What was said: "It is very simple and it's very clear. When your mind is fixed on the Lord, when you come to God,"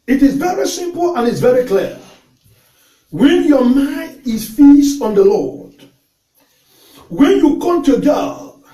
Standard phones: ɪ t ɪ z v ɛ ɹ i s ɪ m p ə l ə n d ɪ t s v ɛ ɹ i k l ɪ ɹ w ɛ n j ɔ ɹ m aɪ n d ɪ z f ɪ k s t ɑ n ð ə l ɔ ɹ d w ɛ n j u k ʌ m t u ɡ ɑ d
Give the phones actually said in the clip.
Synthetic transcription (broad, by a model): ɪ t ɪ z v ɛ ɹ i s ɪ m p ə l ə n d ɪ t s v ɛ ɹ i k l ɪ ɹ w ɛ n j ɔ m aɪ n d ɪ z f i s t ɑ n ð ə l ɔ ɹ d w ɛ n j u k ʌ m t u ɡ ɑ